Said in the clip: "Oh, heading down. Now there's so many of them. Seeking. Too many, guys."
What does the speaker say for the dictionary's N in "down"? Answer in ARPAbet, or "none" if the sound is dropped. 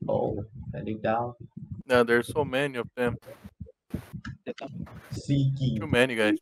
L